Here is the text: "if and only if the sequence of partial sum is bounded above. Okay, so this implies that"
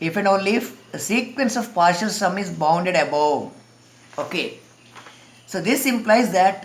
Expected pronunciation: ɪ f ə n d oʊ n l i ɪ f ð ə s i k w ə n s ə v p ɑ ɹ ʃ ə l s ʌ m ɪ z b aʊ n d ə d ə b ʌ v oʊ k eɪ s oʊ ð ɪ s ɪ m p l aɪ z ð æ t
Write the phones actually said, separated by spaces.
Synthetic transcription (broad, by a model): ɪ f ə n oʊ l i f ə s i k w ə n s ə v p ɑ ɹ ʃ ə l s ʌ m ɪ z b aʊ n d ə d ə b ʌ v oʊ k eɪ s oʊ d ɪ s ɪ m p l aɪ z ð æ t